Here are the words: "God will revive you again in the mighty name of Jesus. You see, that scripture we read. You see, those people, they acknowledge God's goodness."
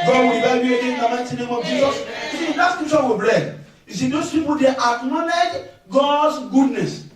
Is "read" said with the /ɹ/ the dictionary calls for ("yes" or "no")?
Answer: no